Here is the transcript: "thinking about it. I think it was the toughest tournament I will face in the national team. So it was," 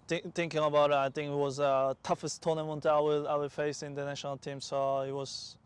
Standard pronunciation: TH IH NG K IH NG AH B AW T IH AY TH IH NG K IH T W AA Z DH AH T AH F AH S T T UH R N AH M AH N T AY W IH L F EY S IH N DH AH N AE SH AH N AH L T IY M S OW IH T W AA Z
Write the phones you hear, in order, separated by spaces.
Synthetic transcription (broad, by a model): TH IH NG K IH NG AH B AW T IH AY TH IH NG K IH T W AA Z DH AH T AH F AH S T T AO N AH M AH N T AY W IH W F EY S IH N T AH N AE SH AH N AH L T IY M S OW IH T W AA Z